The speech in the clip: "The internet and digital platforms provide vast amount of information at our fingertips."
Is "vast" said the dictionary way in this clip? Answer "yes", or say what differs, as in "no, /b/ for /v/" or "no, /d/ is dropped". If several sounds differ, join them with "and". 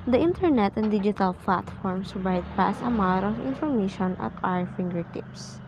no, /t/ is dropped